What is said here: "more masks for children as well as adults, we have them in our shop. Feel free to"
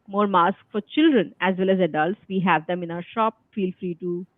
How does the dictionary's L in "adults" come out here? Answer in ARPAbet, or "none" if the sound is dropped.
L